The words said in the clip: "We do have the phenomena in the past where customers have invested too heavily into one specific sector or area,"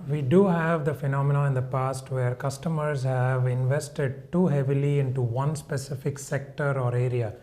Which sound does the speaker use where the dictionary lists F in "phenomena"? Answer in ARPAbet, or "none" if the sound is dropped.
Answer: F